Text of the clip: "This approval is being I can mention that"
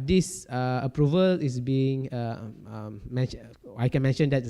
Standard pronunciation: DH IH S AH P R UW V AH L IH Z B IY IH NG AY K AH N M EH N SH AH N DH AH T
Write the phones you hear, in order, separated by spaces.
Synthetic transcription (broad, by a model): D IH S AH P R UW V AH L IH S B IY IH NG AY K AH N M EH N SH AH N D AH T